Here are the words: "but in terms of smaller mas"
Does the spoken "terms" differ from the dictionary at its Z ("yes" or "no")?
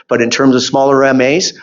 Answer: no